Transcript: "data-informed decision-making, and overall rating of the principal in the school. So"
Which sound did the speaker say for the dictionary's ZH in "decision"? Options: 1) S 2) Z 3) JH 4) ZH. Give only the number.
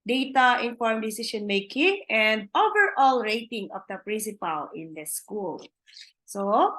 1